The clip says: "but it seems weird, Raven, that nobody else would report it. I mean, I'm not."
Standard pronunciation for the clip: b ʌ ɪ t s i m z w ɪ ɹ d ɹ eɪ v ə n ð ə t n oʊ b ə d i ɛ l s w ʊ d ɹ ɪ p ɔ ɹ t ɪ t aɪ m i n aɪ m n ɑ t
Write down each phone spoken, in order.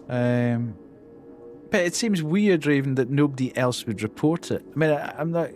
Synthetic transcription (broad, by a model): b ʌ ɪ t s i m z w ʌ ɹ d ɹ eɪ v ə n ð ə t n oʊ b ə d i ɛ l s w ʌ d ɹ ɪ p ɔ ɹ t ɪ t aɪ m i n aɪ m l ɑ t